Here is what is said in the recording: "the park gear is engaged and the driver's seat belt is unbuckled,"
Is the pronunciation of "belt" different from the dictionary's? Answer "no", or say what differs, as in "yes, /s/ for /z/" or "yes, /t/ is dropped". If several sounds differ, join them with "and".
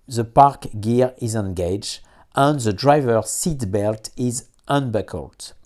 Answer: no